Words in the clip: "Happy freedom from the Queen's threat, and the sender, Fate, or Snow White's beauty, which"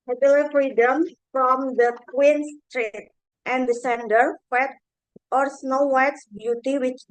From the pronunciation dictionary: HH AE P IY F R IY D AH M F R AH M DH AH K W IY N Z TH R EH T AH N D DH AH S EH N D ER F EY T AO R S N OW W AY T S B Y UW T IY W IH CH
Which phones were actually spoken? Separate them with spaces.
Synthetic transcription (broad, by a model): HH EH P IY F R IY D AH M F R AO M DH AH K W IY N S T R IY T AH N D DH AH S EH N D ER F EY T AO R S N OW W AY T S B Y UW T IY W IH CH